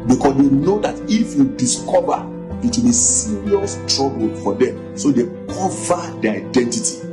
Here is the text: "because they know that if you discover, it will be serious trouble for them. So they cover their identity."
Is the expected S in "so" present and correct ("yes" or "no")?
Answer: yes